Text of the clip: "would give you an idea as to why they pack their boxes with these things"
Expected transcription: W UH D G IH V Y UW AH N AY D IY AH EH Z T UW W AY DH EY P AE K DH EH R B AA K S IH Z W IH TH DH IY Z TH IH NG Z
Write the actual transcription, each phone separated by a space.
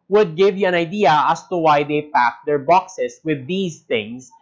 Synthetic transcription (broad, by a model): W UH D G IH V Y UW AH N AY D IY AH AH S T UW W AY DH EY P AE K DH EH R B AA K S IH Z W IH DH IY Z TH IH NG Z